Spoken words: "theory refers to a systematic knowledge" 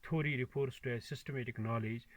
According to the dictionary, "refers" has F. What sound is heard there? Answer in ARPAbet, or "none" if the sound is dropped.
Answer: P